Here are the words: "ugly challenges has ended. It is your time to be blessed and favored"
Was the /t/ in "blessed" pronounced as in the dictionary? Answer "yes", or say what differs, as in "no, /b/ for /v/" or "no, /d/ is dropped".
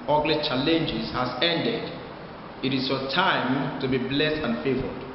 yes